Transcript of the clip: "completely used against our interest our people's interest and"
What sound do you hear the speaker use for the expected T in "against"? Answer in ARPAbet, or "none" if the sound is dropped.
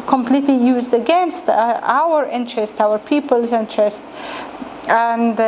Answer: T